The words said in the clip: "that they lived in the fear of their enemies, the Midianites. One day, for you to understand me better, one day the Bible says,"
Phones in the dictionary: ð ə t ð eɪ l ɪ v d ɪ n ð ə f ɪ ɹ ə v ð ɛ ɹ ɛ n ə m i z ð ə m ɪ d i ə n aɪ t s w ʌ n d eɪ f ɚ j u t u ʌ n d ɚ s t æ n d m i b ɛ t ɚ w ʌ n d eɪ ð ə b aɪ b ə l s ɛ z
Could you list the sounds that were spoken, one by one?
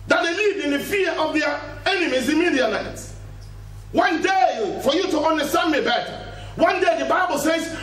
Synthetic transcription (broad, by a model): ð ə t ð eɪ l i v ɪ n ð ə f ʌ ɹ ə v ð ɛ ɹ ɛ n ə m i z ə m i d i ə l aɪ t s w ʌ n d eɪ f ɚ j u t u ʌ n d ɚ s t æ n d m i b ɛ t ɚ w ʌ n d eɪ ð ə b aɪ b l s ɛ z